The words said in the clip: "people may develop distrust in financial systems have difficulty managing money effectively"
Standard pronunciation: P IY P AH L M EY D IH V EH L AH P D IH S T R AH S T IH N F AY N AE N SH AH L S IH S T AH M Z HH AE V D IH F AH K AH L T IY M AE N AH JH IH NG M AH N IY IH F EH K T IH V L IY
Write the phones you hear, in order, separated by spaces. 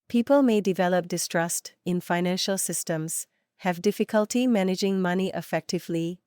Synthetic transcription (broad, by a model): P IY P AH L M EY D IH V EH L AH P D IH S T R AH S T IH N F AY N AE N SH AH L S IH S T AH M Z HH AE V D IH F AH K AH L T IY M AE N AH JH IH NG M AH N IY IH F EH K T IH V L IY